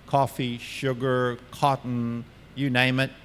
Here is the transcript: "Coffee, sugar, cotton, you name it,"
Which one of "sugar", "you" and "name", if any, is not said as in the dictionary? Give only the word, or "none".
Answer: none